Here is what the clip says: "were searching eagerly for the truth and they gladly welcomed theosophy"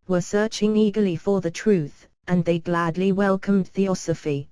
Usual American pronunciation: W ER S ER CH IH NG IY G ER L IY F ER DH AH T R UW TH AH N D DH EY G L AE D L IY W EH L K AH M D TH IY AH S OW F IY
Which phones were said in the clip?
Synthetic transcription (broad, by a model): W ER S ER CH IH NG IY G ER L IY F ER DH AH T R UW TH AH N DH EY G L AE D L IY W EH L K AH M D TH IY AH S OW F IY